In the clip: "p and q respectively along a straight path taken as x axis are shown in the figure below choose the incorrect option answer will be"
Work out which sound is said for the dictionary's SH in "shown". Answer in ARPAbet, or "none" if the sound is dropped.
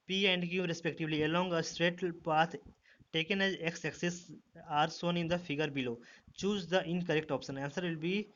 S